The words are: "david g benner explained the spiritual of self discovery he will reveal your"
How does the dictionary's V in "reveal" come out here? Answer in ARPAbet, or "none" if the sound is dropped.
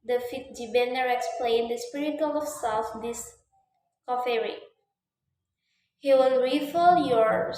F